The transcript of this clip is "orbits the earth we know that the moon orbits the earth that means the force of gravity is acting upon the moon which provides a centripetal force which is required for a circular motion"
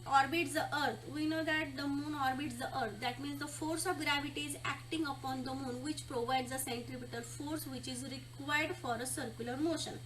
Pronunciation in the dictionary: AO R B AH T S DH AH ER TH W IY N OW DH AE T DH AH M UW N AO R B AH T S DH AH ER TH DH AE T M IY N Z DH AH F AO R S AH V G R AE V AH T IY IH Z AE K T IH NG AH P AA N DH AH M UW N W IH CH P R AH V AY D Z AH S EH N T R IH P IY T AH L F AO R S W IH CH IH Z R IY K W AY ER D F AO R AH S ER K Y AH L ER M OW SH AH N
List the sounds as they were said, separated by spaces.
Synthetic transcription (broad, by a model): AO R B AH T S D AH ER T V IY N OW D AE T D AH M UW N AO R B AH T S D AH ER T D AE T M IY N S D AH F AO R S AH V G R AE V AH T IY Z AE K T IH NG AH P AA N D AH M UW N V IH CH P R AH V AY D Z AH S EH N T R IH P IY T AH L F AO R S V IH CH IH Z R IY K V AY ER D F AO R AH S ER K Y AH L ER M OW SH AH N